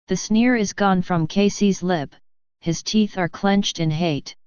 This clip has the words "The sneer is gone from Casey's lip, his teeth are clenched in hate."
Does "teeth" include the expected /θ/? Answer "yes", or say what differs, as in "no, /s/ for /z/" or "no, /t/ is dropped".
yes